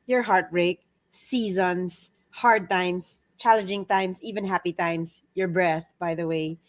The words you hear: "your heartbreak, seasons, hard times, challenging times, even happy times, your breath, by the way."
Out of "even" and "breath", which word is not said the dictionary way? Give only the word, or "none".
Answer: none